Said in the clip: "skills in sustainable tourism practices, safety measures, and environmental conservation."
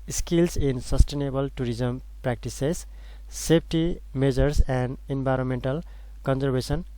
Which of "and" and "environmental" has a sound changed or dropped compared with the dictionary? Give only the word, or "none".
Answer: environmental